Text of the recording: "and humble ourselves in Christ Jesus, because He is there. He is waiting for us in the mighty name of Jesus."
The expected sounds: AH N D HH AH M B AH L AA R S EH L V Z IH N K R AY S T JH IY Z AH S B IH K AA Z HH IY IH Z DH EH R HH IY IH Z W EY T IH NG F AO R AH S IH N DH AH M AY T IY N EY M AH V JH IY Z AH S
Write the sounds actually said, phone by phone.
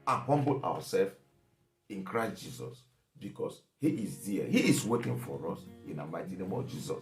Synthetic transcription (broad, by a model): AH N HH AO M B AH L AA W S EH L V IH N K R AY S T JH IY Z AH S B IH K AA S HH IY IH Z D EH HH IY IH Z W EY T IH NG F AO R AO S IH N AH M AY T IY N EY M AH V JH IY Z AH S